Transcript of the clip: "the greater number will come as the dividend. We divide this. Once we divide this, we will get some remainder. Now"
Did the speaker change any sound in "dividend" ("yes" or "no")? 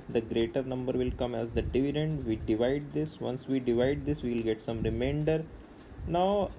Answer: no